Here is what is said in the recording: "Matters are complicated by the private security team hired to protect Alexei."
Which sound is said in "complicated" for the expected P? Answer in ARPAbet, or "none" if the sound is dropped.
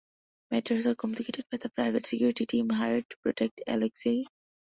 none